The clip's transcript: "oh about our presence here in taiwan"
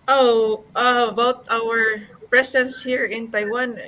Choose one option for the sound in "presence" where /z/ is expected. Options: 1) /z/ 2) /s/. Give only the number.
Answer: 2